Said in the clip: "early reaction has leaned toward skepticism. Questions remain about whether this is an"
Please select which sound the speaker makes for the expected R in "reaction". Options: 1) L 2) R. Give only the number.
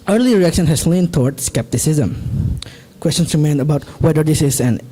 2